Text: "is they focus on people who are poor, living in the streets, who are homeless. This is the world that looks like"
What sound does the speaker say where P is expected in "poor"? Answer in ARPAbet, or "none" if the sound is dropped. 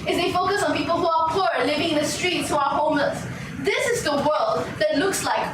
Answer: P